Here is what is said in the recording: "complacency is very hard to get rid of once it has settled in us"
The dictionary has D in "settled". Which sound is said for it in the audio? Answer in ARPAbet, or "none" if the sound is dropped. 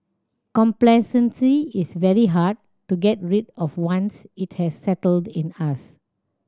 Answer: D